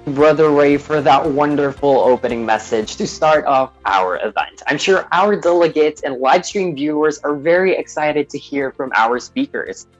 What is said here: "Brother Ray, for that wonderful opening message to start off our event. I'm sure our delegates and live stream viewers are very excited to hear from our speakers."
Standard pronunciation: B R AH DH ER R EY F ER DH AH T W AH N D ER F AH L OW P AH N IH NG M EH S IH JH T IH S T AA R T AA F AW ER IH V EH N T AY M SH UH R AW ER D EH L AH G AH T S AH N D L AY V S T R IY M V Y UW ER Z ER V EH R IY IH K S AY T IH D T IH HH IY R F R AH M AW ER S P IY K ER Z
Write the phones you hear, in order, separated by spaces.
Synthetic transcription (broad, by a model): B R AH DH ER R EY F ER DH AH T W AH N D ER F L OW P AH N IH NG M EH S IH JH T IH S T AA R T AA F AW ER IH V EH N T AY M SH UH R AW ER D EH L AH G AH T S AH N L AY V S T R IY M V Y UW ER Z ER V EH R IY IH K S AY T IH D T IH HH IY R F R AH M AW ER S P IY K ER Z